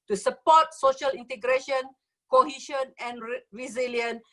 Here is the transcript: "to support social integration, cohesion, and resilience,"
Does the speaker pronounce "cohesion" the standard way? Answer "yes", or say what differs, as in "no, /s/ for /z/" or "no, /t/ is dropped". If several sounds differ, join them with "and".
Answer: no, /ʃ/ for /ʒ/